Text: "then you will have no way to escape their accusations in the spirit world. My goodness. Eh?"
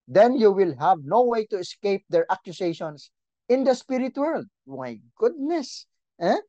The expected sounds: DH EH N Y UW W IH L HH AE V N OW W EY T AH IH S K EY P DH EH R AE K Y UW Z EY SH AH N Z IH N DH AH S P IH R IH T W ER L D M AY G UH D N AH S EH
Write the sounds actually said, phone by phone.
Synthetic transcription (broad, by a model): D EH N Y UW W IH L HH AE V N OW W EY T AH IH S K EY P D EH R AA K Y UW S EY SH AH N S IH N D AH S P IH R IH T W ER L D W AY G UH D N AH S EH